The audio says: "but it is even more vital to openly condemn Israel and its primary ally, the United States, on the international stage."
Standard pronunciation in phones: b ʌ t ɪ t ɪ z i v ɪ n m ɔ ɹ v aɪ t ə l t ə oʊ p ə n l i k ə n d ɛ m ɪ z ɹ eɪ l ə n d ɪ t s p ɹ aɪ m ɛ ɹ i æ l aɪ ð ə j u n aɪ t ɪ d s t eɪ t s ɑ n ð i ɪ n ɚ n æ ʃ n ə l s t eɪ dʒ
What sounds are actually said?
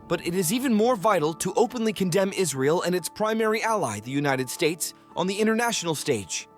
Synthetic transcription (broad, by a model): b ʌ t ɪ t ɪ z i v ɪ n m ɔ ɹ v aɪ t l t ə oʊ p ə n l i k ə n d ɛ m ɪ z ɹ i l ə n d ɪ t s p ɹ aɪ m ɛ ɹ i æ l aɪ ð ə j u n aɪ t ɪ d s t eɪ t s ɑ n ð i ɪ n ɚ n æ ʃ n l s t eɪ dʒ